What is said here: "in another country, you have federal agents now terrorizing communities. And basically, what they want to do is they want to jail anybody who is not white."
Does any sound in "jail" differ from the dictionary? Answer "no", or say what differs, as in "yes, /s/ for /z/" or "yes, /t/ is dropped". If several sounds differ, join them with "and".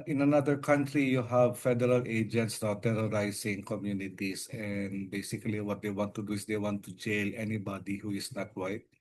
no